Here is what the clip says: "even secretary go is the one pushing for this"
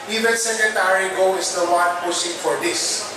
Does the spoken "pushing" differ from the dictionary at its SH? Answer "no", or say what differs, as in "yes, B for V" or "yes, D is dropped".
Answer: yes, S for SH